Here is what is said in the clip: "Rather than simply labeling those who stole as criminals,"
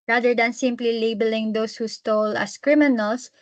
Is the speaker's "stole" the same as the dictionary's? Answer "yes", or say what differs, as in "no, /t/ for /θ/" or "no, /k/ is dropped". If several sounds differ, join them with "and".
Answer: yes